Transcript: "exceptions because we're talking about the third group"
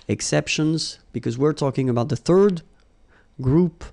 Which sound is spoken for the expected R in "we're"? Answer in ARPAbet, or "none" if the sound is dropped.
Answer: R